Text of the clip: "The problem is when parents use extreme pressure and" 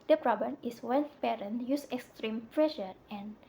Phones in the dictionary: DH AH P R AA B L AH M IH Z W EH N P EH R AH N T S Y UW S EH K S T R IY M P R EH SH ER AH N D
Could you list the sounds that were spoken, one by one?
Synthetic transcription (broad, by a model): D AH P R AA B L AH M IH S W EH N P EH R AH N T Y UW S EH K S T R IY M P R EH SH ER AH N